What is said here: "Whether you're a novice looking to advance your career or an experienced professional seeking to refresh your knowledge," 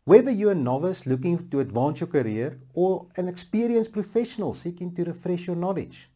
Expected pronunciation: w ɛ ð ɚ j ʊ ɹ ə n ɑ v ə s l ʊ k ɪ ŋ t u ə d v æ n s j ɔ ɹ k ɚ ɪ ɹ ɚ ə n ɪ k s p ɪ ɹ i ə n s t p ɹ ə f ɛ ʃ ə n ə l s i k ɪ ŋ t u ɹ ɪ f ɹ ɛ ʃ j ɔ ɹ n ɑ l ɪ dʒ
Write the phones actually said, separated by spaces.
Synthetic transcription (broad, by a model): w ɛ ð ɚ j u ə n ɑ v ə s l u k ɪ ŋ t u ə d v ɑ n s j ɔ k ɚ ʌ ɹ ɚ ə n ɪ k s p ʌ ɹ i ə n s p ɹ ə f ɛ ʃ ə n ə l s i k ɪ ŋ t u ɹ ɪ f ɹ ɛ ʃ j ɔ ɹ n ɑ l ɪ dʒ